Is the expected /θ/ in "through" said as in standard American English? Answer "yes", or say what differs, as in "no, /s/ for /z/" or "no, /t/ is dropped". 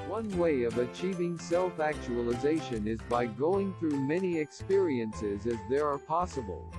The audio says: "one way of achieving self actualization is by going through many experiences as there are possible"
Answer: yes